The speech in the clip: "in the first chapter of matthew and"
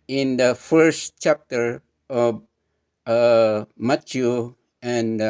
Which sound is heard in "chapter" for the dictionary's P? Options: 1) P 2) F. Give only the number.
1